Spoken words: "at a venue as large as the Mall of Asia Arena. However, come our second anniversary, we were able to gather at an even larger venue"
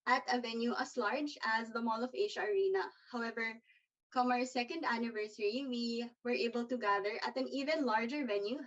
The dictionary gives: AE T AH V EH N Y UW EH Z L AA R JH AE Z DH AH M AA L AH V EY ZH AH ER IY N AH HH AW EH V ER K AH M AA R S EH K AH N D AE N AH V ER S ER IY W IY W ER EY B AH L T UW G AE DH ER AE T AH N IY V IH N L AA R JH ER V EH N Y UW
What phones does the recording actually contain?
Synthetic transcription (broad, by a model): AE T AH V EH N Y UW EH S L AA R JH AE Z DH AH M AA L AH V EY SH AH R IY N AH HH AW EH V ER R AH M AA R S EH K AH N D AE N AH V ER S ER IY W IY W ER EY B AH L T UW G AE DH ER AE T AH N IY V IH N L AA R JH ER V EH N Y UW